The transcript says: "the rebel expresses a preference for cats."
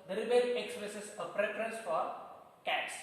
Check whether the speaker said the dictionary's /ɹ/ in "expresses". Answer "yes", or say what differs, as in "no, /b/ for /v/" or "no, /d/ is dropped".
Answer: no, /l/ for /ɹ/